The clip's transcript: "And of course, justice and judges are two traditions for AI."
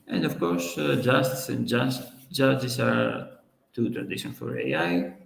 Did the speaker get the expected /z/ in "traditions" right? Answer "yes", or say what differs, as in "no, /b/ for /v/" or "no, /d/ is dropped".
no, /z/ is dropped